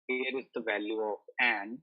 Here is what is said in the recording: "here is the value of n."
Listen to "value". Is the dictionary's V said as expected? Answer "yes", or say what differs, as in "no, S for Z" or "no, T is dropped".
yes